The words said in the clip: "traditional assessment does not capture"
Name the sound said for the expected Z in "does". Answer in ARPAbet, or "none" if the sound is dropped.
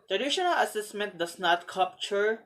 S